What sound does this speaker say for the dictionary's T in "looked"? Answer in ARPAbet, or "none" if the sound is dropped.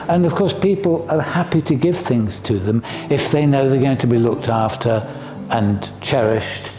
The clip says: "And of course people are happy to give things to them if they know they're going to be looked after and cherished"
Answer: T